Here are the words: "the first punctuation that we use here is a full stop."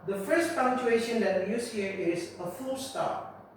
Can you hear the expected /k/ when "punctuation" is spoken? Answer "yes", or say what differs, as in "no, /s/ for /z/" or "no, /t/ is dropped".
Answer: no, /k/ is dropped